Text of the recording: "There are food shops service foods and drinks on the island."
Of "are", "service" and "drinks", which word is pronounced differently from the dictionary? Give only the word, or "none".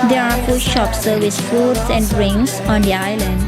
drinks